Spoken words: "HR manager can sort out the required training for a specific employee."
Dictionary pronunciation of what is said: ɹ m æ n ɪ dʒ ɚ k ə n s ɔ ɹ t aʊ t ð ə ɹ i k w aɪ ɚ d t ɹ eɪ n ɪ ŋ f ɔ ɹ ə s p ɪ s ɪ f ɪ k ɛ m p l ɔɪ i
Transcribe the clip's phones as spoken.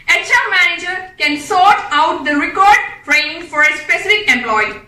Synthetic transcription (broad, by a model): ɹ m æ n ɪ dʒ ɚ k ə n s ɔ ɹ t aʊ t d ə ɹ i k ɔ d d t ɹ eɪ ɪ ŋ f ɔ ɹ ə s p ɪ s ɪ f ɪ k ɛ m p l ɔɪ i